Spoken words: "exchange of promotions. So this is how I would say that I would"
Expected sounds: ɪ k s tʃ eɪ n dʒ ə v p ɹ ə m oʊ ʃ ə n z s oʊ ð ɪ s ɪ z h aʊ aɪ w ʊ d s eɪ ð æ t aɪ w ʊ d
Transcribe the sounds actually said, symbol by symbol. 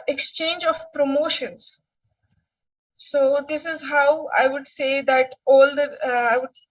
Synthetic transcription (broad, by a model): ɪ k s tʃ eɪ n dʒ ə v p ɹ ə m oʊ ʃ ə n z s oʊ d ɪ s ɪ z h aʊ aɪ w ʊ d s eɪ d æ t aɪ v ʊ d